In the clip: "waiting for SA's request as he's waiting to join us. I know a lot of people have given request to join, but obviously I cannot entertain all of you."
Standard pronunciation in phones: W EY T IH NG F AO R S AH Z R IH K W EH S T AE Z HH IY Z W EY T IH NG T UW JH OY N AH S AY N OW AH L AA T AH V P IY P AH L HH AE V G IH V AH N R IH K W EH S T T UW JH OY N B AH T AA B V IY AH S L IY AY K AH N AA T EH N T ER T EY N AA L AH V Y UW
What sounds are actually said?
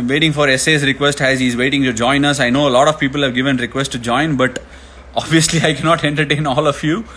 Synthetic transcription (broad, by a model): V EY T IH NG F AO R S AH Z R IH K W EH S T AE Z HH IY Z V EY T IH NG T UW JH OY N AH S AY N OW AH L AA T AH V P IY P AH L HH AE V G IH V AH N R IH K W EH S T T UW JH OY N B AH T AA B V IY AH S L IY AY K AH N AA T EH N T ER T EY N AA L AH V Y UW